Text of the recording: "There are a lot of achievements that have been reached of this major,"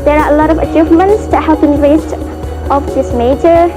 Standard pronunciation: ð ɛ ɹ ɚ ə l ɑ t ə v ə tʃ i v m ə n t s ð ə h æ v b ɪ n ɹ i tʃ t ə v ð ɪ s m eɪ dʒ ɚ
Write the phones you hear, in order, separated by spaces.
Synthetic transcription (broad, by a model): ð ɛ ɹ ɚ ə l ɑ t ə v ə tʃ i v m ə n t s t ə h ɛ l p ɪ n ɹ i s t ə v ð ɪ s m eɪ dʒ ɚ